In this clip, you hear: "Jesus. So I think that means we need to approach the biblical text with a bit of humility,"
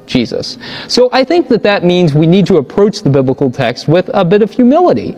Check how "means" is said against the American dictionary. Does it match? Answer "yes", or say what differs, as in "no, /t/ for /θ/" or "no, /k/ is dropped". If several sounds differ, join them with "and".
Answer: yes